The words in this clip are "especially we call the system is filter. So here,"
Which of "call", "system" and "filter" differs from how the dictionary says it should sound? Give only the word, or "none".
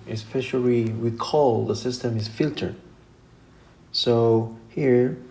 none